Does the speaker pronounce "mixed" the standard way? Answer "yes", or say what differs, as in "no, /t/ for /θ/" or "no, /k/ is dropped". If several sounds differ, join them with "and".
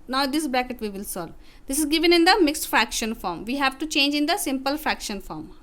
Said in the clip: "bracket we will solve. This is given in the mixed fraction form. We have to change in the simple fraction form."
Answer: yes